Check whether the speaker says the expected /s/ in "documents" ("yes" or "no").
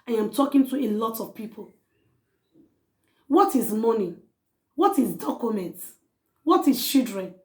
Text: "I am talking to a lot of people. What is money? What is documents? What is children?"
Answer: no